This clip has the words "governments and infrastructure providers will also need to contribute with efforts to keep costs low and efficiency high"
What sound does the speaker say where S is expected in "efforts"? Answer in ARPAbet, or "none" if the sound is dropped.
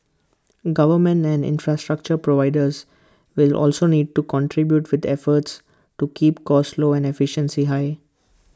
S